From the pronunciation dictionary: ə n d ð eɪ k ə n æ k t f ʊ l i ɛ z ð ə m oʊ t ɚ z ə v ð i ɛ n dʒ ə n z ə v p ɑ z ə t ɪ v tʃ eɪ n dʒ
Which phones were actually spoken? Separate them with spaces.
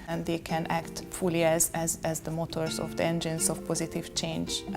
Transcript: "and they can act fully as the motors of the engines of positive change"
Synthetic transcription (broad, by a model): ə n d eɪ k ə n æ k t f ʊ l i ɛ z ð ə m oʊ t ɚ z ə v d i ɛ n dʒ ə n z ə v p ɑ z ə t ɪ v tʃ eɪ n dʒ